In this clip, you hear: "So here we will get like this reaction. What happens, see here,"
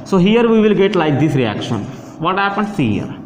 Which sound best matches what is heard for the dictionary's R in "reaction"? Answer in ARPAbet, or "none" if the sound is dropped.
R